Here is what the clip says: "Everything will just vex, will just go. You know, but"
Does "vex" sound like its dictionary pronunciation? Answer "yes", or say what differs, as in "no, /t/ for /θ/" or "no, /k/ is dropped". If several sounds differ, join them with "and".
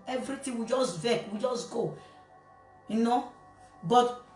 no, /s/ is dropped